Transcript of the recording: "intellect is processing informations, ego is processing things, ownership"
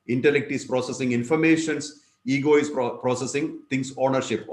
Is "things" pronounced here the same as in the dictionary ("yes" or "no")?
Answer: no